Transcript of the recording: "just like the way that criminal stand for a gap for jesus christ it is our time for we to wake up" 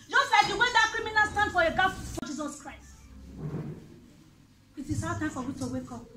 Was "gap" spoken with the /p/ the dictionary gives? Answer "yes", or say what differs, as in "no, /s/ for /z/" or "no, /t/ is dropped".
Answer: no, /f/ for /p/